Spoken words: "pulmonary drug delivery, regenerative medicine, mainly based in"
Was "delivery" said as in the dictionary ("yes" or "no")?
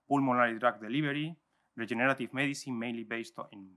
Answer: no